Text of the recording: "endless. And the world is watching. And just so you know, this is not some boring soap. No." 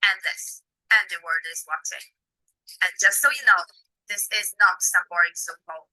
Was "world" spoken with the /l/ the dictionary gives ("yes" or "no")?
no